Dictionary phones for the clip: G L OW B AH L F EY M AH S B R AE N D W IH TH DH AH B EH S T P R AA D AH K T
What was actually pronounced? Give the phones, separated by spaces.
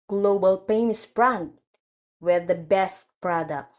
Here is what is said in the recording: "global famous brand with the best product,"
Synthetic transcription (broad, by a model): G L OW B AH L P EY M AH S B R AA N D W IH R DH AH B EH S T P R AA D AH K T